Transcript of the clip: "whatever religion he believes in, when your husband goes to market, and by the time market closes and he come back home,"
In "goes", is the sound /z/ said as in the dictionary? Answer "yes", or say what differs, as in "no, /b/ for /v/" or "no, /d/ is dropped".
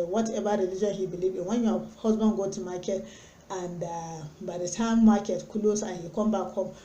no, /z/ is dropped